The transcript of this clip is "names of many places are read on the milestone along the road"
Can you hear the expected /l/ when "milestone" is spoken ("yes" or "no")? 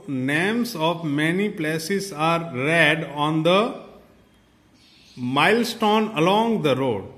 yes